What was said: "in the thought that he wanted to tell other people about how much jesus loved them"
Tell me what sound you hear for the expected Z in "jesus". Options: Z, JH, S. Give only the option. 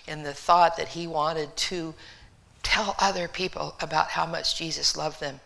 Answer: Z